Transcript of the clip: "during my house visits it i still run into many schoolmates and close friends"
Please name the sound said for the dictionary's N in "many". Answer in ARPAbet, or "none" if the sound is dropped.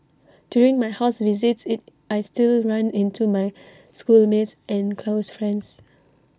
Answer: none